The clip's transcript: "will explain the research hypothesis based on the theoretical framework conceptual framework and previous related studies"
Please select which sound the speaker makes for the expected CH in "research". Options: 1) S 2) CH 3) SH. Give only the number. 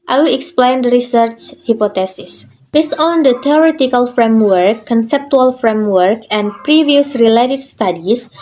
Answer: 2